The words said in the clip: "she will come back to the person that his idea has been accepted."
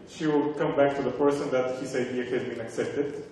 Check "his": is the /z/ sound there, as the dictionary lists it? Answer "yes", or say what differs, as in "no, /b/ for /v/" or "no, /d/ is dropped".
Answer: no, /s/ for /z/